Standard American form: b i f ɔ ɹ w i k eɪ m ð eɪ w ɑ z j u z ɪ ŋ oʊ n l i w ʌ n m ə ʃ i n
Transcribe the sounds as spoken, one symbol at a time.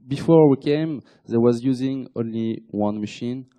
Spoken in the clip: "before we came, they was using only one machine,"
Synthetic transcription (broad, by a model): b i f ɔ ɹ w i k eɪ m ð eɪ w ɑ z j u z ɪ ŋ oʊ n l i w ʌ n m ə ʃ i n